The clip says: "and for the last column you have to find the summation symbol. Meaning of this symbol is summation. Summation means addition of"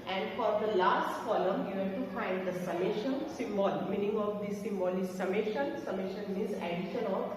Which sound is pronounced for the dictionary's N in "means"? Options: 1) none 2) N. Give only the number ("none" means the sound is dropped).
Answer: 1